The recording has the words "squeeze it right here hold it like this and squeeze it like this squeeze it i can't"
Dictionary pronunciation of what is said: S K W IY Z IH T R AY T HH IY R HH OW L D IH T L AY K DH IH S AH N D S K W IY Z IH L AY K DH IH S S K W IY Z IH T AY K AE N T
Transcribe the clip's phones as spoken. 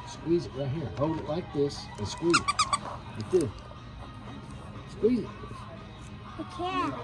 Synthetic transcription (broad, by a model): S K W IY Z IH T R AY T HH IY R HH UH W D IH T L AY K DH IH S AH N S K W IY Z IH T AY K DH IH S S K W IY Z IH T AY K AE